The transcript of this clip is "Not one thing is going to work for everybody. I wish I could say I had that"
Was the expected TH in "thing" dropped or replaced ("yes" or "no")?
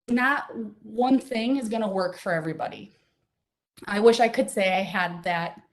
no